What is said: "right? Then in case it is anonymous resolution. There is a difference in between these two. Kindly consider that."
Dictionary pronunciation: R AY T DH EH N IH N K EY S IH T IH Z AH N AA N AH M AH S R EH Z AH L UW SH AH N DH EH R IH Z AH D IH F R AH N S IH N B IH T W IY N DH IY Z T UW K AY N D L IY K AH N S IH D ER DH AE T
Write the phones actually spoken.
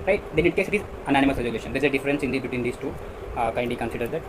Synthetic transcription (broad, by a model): R AY T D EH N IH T K EY S IH T IH Z AH N AA N AH M AH S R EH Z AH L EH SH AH N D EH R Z AH D IH F R AH N S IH N B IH T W IY N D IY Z T UW K AY N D IY K AH N S IH D ER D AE T